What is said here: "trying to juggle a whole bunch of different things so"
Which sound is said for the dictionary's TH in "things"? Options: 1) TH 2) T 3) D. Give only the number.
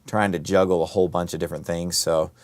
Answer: 1